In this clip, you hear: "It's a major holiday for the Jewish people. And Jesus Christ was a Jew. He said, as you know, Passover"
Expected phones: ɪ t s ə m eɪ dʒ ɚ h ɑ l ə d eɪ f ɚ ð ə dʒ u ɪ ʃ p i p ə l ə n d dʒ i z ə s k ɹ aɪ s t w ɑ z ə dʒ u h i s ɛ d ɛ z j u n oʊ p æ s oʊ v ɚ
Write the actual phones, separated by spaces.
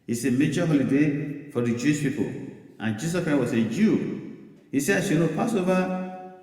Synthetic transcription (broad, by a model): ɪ s ə m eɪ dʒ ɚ h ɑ l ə d eɪ f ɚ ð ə dʒ u ɪ ʃ p i p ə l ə n dʒ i s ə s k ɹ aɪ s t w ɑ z ə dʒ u h i s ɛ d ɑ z j u n oʊ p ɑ s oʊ v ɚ